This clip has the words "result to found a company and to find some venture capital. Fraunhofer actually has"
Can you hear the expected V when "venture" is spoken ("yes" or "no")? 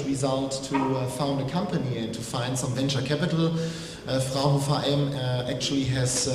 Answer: yes